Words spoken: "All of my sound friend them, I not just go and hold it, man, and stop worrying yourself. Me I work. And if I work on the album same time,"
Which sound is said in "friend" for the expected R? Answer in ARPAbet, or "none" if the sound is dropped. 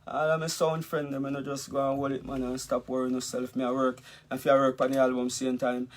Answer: R